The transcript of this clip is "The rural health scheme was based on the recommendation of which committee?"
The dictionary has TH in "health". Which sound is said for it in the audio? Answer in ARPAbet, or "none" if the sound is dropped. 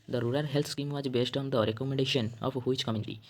T